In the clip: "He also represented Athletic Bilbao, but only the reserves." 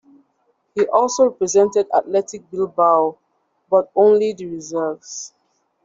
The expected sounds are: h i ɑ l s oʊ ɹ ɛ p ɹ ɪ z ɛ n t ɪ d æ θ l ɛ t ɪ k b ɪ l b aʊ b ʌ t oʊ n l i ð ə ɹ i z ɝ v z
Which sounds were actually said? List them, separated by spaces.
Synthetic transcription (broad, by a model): h i ɑ l s oʊ ɹ ɛ p ɹ ɪ z ɛ n t ɪ d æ t l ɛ t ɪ k b ɪ l b aʊ b ʌ t oʊ n l i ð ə ɹ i z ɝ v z